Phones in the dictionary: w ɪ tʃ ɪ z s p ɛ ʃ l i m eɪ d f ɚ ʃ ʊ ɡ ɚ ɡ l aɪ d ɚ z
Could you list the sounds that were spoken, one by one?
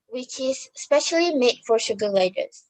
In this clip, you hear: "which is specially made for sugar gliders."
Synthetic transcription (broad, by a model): w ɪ tʃ ɪ z s p ɛ ʃ l i m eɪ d f ɚ ʃ ʊ ɡ ɚ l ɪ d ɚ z